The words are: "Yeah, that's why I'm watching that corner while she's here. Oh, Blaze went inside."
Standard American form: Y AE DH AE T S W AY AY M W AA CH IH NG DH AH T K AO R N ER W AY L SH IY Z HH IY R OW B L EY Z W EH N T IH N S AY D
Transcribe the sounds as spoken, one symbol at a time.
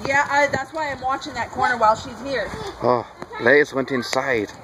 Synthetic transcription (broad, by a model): Y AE DH AE T S W AY AY M W AA CH IH NG DH AH T K AO R N ER W AY L SH IY Z HH IY R OW L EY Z W EH N T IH N S AY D